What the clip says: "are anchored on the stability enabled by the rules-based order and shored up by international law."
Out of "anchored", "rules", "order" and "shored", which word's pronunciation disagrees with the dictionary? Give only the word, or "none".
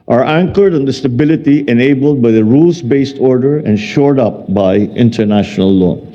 rules